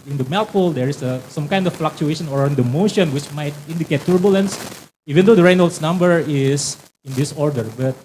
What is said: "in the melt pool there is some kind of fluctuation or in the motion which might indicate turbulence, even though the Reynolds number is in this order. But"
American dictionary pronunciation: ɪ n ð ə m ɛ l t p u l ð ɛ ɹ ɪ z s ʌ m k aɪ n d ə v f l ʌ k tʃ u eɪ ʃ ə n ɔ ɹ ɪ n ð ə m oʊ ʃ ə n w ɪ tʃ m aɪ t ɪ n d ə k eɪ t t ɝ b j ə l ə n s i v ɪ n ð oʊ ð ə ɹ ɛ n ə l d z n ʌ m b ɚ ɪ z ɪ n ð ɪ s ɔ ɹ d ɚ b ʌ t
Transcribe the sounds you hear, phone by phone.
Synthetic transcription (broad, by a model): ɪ n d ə m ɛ l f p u l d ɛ ɹ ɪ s s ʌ m k aɪ n d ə f f l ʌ k tʃ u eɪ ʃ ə n ɔ ɹ ɪ n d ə m oʊ ʃ ə n w ɪ tʃ m aɪ t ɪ n d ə k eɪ t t b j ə l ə n s i v ɪ n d oʊ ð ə ɹ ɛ n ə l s n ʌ m b ɚ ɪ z ɪ n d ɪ s ɔ ɹ d ɚ b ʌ t